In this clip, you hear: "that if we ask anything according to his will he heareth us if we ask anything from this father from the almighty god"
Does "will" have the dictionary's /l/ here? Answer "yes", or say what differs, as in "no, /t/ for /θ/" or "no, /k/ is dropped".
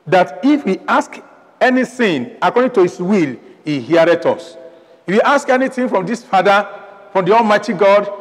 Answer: yes